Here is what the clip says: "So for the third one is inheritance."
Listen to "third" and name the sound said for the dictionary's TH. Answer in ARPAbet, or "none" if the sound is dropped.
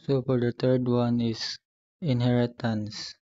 T